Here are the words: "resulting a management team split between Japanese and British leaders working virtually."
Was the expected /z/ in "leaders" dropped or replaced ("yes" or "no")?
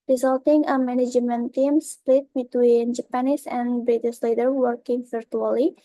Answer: yes